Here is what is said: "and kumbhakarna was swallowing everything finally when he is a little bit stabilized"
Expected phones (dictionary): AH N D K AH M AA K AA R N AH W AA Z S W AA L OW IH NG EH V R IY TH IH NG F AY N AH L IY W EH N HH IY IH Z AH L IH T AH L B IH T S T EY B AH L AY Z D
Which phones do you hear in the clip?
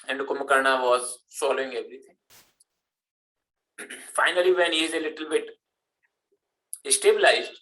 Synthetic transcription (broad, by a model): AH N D K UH M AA K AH R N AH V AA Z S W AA L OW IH NG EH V R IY T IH NG F AY N AH L IY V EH N HH IY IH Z AH L IH T AH L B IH T S T EY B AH L AY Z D